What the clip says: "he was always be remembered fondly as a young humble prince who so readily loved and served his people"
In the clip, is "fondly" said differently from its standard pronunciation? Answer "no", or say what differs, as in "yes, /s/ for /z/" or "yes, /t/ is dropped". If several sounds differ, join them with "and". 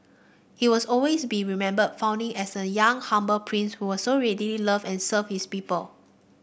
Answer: yes, /l/ is dropped